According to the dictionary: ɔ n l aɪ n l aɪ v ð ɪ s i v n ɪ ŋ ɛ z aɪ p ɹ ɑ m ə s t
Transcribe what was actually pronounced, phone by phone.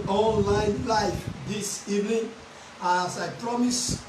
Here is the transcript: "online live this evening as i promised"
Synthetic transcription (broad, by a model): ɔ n l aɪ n l aɪ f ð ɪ s i v n ɪ ŋ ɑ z aɪ p ɹ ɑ m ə s